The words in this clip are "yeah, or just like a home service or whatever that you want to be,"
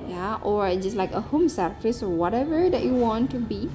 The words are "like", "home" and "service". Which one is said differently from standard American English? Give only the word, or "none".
service